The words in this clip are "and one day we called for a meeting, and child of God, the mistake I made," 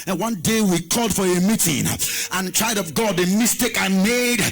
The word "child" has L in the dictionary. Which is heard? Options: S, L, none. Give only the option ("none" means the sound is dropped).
none